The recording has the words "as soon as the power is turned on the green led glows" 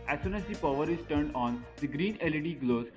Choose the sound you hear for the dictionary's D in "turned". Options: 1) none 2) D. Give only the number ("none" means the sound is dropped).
2